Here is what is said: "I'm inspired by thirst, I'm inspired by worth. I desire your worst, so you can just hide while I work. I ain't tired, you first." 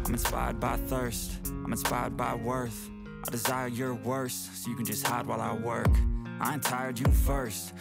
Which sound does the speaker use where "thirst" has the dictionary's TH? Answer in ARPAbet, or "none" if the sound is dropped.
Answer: TH